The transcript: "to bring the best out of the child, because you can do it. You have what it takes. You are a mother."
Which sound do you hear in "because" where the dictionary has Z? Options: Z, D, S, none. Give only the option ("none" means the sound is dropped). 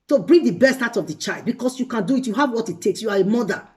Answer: S